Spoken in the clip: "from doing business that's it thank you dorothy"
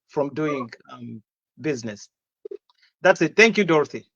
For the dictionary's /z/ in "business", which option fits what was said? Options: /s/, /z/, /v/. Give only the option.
/z/